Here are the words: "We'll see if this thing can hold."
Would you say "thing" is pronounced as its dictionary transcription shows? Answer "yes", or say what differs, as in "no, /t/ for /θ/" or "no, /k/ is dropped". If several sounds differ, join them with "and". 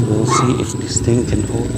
no, /t/ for /θ/